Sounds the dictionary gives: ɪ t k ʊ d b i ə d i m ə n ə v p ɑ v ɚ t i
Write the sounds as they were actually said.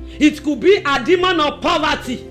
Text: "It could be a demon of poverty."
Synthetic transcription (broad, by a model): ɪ t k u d b i ə d i m ə n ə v p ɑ v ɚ t i